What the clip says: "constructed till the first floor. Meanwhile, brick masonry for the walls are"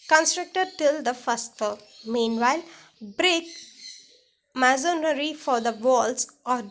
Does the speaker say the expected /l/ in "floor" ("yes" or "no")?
no